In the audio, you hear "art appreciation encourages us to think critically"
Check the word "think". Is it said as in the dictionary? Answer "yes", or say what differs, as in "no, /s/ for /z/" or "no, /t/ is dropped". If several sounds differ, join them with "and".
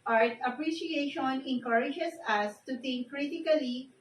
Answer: no, /t/ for /θ/